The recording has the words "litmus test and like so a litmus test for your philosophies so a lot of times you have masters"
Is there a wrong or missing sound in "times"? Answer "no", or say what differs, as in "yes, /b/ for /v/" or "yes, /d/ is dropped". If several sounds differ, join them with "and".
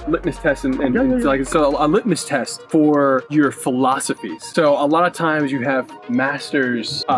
no